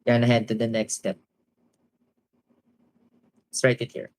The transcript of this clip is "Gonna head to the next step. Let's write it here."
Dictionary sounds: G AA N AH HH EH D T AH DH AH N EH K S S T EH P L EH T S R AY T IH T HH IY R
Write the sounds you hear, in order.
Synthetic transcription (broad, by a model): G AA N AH HH EH D T AH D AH N EH K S S T EH P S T R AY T IH T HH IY R